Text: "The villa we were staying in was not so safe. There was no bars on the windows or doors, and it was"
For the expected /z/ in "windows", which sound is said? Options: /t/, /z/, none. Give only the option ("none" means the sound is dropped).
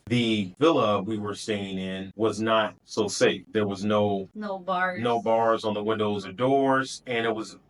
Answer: /z/